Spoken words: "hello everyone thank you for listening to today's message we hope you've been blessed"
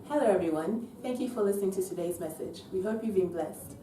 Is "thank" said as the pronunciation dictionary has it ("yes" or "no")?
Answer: yes